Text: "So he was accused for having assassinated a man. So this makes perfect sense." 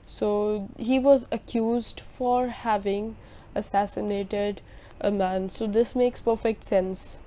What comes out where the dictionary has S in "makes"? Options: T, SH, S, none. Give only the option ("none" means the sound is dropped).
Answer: S